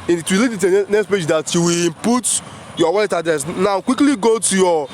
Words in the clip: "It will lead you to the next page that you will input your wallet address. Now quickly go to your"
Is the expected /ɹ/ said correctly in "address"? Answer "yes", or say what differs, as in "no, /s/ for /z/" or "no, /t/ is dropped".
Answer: no, /ɹ/ is dropped